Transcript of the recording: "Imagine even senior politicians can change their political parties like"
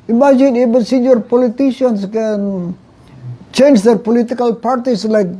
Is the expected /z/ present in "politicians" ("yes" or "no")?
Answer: no